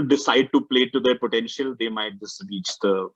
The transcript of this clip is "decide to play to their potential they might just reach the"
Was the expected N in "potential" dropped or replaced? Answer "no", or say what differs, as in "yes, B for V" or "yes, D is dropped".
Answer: no